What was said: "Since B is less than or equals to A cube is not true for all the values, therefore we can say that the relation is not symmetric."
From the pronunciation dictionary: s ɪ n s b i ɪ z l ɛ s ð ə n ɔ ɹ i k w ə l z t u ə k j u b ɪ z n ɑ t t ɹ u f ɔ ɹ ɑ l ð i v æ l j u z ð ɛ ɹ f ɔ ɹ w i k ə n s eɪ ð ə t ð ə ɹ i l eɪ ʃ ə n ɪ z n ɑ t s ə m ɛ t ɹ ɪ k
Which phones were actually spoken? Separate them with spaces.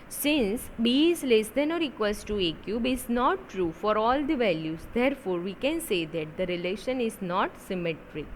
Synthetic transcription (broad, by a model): s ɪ n s b i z l ɛ s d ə n ɔ ɹ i k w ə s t t u ə k j u b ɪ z n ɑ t t ɹ u f ɔ ɹ ɑ l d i v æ l j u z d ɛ ɹ f ɔ ɹ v i k ə n s eɪ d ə t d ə ɹ i l eɪ ʃ ə n ɪ z n ɑ t s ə m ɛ t ɹ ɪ k